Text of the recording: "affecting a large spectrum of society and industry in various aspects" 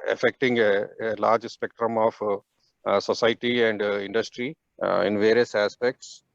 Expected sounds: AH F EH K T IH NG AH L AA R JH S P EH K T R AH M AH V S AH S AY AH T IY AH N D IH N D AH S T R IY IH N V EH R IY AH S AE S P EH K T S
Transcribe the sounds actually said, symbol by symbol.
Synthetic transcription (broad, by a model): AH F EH K T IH NG AH L AA R JH S P EH K T R AH M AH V S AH S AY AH T IY AH N D IH N D AH S T R IY IH N V EH R IY AH S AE S P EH K T S